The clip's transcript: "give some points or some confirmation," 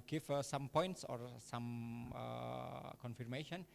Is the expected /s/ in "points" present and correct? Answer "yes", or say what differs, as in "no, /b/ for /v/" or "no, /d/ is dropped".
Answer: yes